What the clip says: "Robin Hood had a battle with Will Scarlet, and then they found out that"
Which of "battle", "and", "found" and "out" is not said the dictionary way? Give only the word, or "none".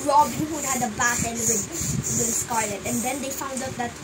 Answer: battle